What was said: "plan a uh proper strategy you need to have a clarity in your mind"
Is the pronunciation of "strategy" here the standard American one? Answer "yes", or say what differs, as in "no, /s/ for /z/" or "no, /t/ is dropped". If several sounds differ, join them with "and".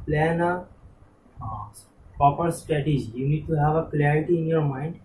no, /ɹ/ is dropped